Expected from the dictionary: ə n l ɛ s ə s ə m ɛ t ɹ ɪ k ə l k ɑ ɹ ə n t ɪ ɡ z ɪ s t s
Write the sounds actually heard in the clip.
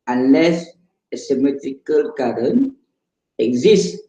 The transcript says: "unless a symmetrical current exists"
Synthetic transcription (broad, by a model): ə n l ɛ s ə s ə m ɛ t ɹ ɪ k ə l k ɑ ɹ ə n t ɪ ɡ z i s s